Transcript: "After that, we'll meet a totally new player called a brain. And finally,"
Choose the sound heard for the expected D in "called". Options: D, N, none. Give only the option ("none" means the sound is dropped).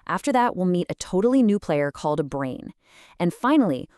D